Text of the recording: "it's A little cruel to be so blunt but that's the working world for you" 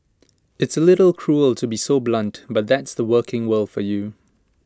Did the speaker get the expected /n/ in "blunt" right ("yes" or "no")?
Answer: yes